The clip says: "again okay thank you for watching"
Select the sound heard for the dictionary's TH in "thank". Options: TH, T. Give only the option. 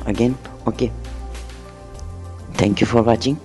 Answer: T